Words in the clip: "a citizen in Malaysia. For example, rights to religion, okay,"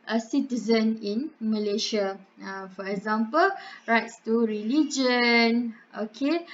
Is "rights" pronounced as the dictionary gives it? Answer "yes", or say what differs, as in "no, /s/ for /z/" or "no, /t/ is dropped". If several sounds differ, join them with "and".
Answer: yes